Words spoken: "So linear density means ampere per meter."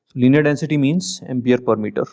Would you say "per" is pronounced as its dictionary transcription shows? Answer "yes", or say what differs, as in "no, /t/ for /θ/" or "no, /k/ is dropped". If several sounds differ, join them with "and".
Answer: yes